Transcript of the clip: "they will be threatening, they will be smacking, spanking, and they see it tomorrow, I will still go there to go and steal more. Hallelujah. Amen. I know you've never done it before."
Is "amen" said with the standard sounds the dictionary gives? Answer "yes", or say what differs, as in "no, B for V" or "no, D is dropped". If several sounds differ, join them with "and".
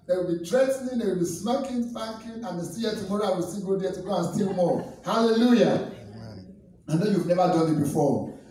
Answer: no, M is dropped